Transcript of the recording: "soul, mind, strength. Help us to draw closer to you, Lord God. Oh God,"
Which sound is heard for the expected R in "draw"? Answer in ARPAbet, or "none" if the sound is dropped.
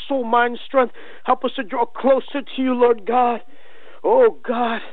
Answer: R